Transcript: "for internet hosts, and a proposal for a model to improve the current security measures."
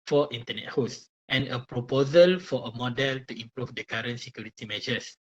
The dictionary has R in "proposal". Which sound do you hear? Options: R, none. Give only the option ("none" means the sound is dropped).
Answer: R